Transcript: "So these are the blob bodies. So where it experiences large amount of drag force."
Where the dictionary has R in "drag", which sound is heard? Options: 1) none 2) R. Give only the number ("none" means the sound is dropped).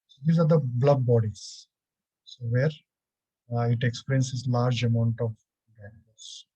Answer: 1